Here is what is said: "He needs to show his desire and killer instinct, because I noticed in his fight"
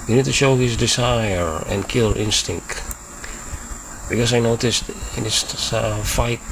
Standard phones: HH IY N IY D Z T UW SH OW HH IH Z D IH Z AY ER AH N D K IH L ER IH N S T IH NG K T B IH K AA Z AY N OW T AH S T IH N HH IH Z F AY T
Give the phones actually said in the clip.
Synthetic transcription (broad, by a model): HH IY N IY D T UW SH OW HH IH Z D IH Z AY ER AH N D K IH L IH N S T IH NG K T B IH K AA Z AY N OW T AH S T IH N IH S F AY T